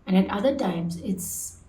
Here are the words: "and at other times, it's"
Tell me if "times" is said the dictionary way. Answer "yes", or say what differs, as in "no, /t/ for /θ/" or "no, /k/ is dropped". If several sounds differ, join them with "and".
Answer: yes